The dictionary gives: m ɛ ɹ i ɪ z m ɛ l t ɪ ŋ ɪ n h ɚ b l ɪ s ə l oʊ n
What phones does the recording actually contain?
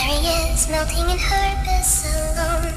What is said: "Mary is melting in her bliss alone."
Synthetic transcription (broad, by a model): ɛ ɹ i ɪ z m ɛ l t ɪ ŋ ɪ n h ɚ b ɪ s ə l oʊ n